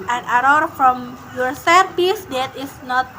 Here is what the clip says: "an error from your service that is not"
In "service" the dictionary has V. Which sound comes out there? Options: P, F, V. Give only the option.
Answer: P